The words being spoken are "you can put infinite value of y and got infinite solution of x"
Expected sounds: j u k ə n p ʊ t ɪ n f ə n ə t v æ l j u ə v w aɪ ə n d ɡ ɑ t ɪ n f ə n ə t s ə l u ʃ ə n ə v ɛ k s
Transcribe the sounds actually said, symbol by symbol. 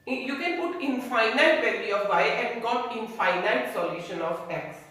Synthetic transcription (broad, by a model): j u k ə n p ʊ t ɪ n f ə n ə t p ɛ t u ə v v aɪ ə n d ɡ ɑ t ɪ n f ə n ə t s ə l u ʃ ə n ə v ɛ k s